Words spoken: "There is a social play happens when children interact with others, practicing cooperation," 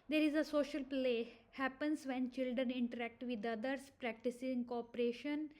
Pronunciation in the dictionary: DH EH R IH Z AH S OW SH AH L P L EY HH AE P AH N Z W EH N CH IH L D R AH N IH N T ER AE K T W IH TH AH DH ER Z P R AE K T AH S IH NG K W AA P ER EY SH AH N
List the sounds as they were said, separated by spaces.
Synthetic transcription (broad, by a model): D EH R IH Z AH S OW SH AH L P L EY HH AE P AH N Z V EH N CH IH L D R AH N IH N T ER AE K T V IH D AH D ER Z P R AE K T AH S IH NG K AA P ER EY SH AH N